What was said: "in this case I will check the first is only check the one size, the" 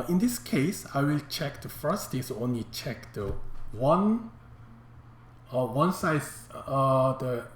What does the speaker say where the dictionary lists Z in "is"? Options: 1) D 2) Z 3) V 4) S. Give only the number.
4